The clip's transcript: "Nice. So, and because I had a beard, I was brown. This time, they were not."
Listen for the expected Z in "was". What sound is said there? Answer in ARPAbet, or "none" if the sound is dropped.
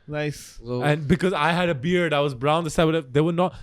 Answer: Z